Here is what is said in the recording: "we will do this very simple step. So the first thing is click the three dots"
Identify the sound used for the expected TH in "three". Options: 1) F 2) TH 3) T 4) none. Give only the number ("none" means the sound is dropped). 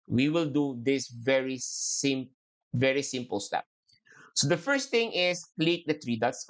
3